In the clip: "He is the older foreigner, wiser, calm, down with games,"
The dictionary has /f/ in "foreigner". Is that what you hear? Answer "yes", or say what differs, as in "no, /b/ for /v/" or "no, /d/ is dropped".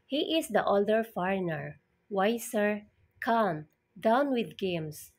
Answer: yes